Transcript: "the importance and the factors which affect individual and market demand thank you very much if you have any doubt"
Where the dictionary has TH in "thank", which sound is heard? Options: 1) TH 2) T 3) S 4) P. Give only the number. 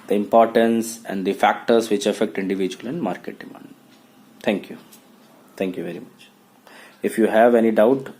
2